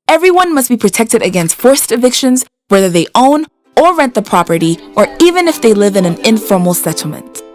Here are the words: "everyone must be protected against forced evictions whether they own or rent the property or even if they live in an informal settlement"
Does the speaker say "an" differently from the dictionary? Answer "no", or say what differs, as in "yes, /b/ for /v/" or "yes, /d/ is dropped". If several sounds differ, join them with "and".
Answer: no